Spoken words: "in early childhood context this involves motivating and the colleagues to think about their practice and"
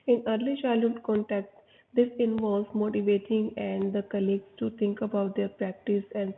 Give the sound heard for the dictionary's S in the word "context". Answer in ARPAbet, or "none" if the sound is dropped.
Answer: none